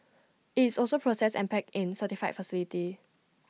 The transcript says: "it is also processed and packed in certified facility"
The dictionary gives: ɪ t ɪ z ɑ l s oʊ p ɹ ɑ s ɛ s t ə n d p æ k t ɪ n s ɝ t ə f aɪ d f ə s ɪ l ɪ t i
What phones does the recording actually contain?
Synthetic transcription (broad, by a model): ɪ t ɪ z ɑ l s oʊ p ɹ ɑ s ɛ s ə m p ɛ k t ɪ n s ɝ t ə f aɪ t f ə s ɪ l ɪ t i